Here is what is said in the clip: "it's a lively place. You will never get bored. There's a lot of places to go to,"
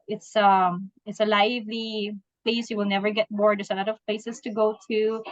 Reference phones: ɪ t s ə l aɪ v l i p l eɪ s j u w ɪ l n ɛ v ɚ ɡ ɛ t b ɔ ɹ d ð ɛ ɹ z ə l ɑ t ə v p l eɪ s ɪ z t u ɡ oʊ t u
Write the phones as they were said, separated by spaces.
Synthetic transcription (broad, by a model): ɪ t s ə l aɪ v l i p l eɪ s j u w ɪ l n ɛ v ɚ ɡ ɛ t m ɔ ɹ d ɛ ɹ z ə l ɑ t ə v p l eɪ s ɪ s t u ɡ oʊ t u